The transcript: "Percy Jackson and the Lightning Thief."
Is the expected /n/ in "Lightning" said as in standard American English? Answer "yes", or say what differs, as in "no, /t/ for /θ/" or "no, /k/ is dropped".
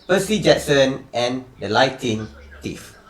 no, /n/ is dropped